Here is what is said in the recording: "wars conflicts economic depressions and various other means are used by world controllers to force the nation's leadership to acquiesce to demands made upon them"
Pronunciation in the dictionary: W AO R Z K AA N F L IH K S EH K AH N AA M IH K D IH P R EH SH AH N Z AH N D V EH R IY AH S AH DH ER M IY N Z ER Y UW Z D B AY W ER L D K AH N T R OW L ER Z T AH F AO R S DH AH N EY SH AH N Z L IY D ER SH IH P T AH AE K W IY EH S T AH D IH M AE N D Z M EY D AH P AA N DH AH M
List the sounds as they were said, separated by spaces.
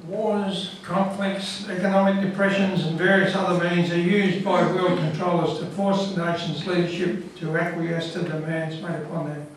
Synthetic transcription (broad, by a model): W AO R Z K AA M F L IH K S EH K AH N AA M IH K D IH P R EH SH AH N Z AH N V EH R IY AH S AH DH ER M IY N Z ER Y UW Z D B AY W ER L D K AH N T R OW L ER Z T AH F AO R S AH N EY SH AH N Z L IY D ER SH IH P T AH AE K W IY EH S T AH D IH M AE N D Z M EY D AH P AA N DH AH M